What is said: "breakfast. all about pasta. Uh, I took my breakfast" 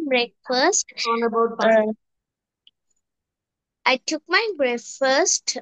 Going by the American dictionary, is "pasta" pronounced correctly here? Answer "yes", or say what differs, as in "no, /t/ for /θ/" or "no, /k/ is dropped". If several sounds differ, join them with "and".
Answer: no, /b/ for /p/